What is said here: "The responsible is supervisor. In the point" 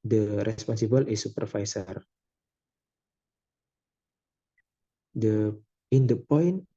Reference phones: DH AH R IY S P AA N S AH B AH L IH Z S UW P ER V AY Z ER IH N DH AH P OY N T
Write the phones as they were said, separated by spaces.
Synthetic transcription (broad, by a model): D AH R IY S P AA N S AH B AH L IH S UW P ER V AY S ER IH N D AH P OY N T